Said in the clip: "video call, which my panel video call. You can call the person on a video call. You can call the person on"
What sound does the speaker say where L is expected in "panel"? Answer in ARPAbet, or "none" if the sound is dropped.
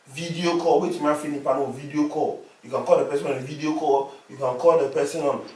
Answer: W